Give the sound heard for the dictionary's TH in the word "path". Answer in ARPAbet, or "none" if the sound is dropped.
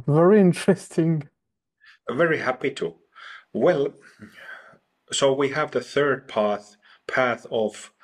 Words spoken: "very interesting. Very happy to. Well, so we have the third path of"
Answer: TH